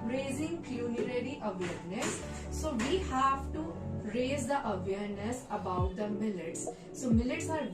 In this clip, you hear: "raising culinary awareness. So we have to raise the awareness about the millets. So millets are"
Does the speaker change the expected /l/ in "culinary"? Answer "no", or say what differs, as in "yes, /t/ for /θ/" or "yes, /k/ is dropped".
yes, /n/ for /l/